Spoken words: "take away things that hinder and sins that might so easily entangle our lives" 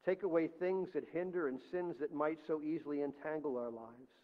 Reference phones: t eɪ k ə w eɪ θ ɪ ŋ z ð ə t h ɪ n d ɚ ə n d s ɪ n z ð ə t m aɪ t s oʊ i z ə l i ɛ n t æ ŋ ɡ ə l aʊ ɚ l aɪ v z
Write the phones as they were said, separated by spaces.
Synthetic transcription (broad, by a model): t eɪ k ə w eɪ θ ɪ ŋ z ð ə t h ɪ n d ɚ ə n s ɪ n z ð ə t m aɪ t s oʊ i z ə l i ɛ n t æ ŋ ɡ l aʊ ɚ l aɪ v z